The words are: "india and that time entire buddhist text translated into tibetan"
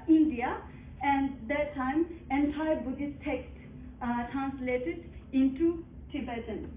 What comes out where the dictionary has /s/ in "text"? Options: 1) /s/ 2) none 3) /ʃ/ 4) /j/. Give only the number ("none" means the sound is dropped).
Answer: 2